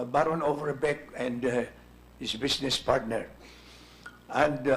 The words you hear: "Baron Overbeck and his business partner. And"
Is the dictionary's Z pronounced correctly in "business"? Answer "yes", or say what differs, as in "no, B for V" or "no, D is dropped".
no, S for Z